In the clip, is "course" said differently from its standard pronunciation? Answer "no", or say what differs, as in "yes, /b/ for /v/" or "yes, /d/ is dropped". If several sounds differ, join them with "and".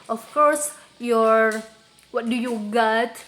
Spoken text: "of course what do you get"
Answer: no